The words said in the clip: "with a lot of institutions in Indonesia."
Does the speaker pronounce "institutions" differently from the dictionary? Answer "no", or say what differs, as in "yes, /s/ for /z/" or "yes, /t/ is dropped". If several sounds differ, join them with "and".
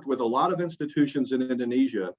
no